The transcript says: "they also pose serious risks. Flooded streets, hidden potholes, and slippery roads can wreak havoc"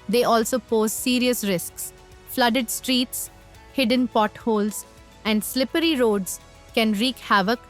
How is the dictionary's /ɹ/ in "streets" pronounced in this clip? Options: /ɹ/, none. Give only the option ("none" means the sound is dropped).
/ɹ/